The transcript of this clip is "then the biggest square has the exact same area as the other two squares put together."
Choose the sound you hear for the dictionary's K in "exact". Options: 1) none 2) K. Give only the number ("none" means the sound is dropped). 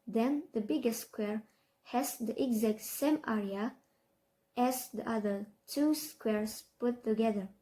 2